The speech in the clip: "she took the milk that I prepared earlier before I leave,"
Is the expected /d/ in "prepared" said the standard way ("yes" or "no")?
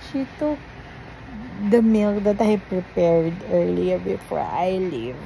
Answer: yes